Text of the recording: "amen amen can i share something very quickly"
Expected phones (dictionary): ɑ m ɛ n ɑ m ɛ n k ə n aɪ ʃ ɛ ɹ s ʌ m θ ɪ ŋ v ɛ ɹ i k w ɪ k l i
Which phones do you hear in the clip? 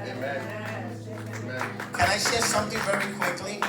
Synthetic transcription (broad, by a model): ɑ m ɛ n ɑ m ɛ k ə n aɪ ʃ ɛ ɹ s ʌ m θ ɪ ŋ v ɛ ɹ i k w ɪ k l i